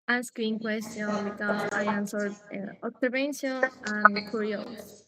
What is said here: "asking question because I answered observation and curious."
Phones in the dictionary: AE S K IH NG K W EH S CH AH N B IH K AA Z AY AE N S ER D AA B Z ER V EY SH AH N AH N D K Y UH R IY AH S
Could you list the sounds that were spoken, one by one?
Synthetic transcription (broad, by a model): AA S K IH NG K W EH S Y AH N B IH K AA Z AY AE N S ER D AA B S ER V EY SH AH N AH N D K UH R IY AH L